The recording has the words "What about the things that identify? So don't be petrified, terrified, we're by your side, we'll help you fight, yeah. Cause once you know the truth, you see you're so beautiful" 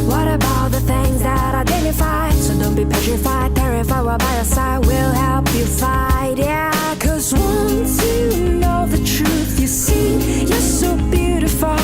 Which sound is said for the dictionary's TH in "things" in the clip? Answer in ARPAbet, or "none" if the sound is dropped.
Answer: TH